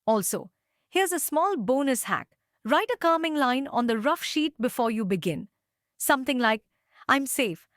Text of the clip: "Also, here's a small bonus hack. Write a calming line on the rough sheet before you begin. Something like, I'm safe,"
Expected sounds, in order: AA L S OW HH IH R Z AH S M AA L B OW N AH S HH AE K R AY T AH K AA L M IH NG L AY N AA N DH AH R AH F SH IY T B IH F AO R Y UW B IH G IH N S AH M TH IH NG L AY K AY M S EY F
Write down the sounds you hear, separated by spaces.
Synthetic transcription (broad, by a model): AA L S OW HH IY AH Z AH S M AA L B OW N AH S HH AE K R AY T AH K AA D M IH NG L AY N AA N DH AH R AH F SH IY T B IH F AO R Y UW B IH G IH N S AH M T IH NG L AY K AY M S EY F